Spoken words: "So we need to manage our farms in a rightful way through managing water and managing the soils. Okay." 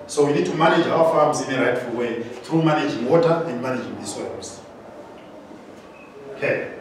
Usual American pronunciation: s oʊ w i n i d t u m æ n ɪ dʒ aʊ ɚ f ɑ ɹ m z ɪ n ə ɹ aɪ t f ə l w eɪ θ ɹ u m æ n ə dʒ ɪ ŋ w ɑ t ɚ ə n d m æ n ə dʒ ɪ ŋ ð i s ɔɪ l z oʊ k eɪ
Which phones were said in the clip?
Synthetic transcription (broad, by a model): s oʊ w i n i d t u m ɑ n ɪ dʒ aʊ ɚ f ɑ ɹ m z ɪ n ə ɹ aɪ t f ə l w eɪ θ ɹ u m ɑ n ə dʒ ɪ ŋ w ɑ t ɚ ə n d m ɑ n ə dʒ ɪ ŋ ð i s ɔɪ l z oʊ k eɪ